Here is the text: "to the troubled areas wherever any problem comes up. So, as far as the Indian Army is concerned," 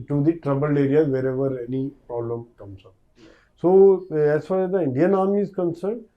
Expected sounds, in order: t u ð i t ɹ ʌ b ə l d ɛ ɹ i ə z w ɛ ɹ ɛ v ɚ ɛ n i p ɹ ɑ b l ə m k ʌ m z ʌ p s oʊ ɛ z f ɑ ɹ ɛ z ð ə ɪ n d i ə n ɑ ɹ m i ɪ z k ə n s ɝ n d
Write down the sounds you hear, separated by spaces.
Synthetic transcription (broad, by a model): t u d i t ɹ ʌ b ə l ɛ ɹ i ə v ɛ ɹ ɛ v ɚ ɛ n i p ɹ ɑ b l ə m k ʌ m s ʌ s oʊ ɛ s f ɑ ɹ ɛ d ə ɪ n d i ə n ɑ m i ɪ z k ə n s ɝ n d